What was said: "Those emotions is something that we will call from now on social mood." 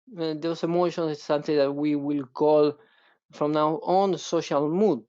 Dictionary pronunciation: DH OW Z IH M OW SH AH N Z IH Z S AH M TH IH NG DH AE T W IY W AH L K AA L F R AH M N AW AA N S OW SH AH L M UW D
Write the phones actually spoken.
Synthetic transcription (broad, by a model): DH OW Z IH M OW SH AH N IH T S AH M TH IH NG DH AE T W IY W AH L K AA L F R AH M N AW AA N S OW SH AH L M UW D